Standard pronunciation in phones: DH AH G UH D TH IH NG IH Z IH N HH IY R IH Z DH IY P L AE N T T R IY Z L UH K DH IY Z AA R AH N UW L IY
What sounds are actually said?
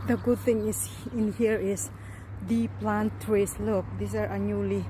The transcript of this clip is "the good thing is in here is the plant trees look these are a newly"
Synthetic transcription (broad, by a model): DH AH G UH D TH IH NG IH S IH N HH IY R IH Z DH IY P L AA N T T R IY S L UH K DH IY S AA R AH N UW L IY